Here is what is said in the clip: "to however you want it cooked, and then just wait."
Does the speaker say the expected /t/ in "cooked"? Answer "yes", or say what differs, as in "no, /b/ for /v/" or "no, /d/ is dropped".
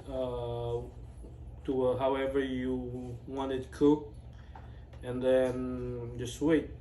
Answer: no, /t/ is dropped